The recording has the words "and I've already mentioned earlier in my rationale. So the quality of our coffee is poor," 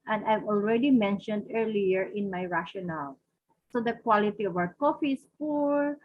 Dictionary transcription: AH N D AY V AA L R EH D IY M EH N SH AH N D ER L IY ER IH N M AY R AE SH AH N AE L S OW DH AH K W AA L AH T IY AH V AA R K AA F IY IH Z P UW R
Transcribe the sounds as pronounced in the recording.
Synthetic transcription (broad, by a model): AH N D AY V AA L R EH D IY M EH N SH AH N D ER L IY ER IH N M AY R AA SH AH N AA L S OW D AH K W AA L AH T IY AH V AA W K AA F IY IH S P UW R